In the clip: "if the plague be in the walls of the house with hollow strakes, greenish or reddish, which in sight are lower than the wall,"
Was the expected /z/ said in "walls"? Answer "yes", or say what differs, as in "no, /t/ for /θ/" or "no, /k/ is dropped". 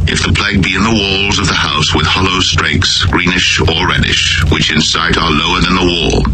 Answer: yes